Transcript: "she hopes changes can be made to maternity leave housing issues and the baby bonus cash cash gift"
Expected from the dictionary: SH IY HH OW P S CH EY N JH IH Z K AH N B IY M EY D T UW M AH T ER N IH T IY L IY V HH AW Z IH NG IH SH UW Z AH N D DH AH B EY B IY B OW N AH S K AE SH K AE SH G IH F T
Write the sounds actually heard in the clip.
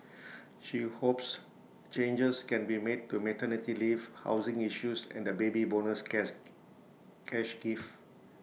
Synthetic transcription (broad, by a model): SH IY HH OW P S CH EY N JH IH S K AH N B IY M EY D T UW M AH T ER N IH T IY L IY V HH AW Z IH NG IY SH UW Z AH N D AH B EY B IY B OW N AH S K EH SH SH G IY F